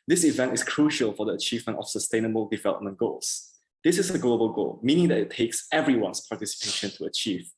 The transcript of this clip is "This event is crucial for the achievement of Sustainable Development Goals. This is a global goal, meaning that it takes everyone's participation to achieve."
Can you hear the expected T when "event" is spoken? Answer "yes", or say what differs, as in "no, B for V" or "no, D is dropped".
yes